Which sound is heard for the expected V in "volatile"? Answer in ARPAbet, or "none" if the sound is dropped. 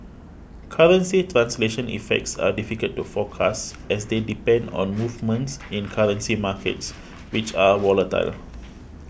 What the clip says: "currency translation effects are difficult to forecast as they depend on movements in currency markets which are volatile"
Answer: W